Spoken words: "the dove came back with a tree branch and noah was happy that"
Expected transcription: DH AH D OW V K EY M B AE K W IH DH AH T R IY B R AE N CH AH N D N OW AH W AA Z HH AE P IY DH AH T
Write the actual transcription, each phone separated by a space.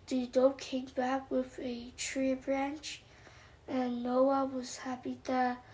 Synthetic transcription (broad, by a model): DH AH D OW K EY M B AE K W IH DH AH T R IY B R AE N CH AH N N OW AH W AA Z HH AE P IY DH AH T